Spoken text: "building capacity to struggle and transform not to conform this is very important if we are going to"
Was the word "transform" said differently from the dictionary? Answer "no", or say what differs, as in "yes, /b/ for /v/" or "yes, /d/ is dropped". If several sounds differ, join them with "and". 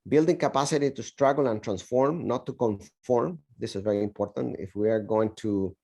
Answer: no